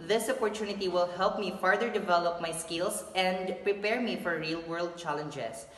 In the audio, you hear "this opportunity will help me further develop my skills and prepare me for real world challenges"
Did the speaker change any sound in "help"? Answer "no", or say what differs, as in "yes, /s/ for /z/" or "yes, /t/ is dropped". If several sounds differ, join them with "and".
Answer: no